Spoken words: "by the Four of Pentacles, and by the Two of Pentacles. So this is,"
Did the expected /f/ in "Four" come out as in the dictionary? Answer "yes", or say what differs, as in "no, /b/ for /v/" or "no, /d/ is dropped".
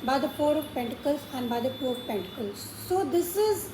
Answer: no, /p/ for /f/